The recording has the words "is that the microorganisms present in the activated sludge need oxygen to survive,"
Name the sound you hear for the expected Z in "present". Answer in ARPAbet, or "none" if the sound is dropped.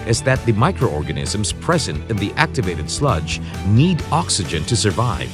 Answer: Z